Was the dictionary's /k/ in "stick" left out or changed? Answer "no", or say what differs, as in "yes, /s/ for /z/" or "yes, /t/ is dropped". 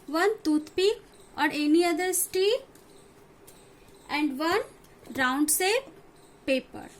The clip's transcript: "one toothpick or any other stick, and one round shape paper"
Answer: yes, /k/ is dropped